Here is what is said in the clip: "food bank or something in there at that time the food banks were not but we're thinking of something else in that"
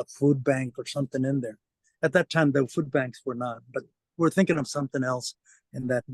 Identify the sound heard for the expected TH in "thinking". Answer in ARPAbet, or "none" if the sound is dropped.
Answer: TH